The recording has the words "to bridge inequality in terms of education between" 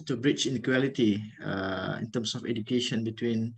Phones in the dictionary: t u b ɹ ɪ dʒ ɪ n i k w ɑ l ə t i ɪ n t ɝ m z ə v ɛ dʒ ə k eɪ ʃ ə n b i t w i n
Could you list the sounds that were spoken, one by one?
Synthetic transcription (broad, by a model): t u b ɹ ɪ tʃ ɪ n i k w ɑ l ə t i ɪ n t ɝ m s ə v ɛ dʒ ə k eɪ ʃ ə n b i t w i n